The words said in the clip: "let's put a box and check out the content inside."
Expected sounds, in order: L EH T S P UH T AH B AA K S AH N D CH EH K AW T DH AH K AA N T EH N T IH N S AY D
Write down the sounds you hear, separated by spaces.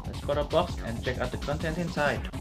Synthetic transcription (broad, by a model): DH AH S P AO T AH B AA K S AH N CH EH K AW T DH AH K AA N T EH N T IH N S AY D